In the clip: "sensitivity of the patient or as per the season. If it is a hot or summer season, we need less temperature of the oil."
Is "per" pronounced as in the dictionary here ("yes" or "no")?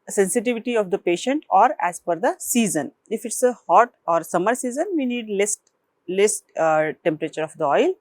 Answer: no